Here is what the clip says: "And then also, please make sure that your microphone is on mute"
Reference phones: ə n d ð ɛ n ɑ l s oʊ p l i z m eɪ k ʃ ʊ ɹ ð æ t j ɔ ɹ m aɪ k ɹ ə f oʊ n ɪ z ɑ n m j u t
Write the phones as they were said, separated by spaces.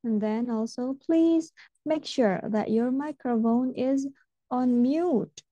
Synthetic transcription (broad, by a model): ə n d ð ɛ n ɑ l s oʊ p l i z m eɪ k ʃ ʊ ɹ ð æ t j ɔ ɹ m aɪ k ɹ ə f oʊ n ɪ z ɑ n m j u t